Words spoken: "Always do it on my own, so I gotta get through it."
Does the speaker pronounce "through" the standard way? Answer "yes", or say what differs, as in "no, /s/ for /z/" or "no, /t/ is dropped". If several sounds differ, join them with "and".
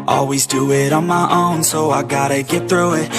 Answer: yes